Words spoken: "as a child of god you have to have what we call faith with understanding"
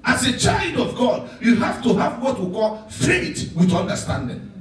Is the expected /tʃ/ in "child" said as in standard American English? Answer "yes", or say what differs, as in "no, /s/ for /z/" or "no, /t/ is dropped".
yes